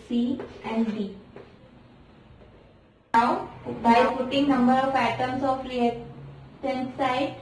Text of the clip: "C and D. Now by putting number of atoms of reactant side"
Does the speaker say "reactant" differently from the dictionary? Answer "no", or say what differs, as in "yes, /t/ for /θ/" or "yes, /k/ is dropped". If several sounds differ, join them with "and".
yes, /k/ is dropped